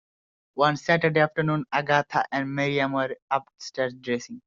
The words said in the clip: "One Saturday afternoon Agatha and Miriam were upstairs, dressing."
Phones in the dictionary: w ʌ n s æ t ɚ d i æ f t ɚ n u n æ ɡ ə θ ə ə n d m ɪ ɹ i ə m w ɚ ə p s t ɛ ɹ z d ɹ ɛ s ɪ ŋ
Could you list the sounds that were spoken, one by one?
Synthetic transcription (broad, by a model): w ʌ n s æ t ɚ d i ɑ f t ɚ n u n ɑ ɡ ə t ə ə n d m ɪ ɹ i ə m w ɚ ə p s t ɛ ɹ s d ɹ ɛ s ɪ ŋ